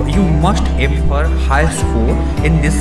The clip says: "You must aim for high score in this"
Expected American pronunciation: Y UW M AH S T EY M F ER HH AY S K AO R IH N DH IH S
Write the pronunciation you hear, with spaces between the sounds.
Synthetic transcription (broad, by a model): Y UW M AH S T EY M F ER HH AY S K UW L IH N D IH S